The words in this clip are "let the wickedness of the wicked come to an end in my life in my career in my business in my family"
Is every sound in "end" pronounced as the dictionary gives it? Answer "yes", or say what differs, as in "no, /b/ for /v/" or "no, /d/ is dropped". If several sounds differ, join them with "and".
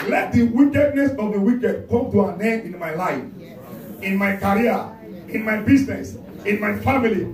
no, /d/ is dropped